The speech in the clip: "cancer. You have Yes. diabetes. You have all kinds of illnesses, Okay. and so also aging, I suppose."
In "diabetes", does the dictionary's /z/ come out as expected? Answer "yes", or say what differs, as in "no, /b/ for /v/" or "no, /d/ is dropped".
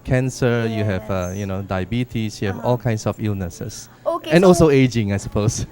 no, /s/ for /z/